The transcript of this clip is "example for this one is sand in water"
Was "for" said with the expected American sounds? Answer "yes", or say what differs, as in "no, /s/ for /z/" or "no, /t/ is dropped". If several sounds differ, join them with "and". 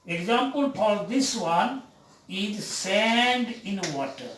no, /p/ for /f/